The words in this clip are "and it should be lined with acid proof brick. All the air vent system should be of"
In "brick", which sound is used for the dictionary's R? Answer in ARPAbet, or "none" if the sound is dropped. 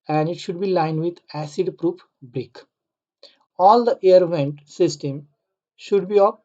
R